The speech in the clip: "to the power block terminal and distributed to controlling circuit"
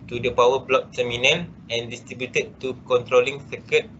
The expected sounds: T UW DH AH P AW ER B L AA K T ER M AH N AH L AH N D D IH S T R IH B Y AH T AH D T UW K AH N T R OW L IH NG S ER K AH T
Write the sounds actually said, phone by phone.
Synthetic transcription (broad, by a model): T UW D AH P AW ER B L AA K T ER M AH N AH N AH N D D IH S T R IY B Y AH T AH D T UW K AH N T R OW L IH NG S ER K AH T